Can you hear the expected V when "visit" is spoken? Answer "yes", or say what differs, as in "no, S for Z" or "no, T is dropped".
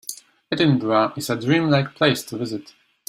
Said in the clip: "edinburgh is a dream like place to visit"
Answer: yes